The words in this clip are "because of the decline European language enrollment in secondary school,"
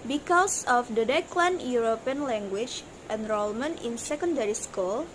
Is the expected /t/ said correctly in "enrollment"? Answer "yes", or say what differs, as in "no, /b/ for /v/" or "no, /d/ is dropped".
no, /t/ is dropped